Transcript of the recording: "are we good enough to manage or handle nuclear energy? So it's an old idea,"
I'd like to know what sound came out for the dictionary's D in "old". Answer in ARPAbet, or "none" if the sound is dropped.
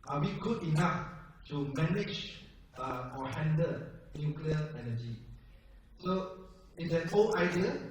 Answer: none